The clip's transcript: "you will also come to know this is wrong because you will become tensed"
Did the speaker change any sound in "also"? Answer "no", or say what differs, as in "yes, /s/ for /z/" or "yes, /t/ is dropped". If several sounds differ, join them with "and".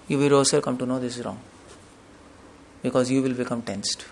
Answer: yes, /l/ is dropped